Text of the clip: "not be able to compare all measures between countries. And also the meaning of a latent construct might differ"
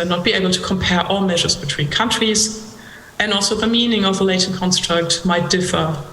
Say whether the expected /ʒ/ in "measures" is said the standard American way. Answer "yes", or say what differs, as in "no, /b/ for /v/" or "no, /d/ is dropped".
yes